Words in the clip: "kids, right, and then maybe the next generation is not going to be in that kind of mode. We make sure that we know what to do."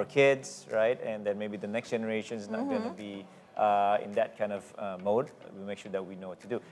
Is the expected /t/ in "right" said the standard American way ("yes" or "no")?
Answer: yes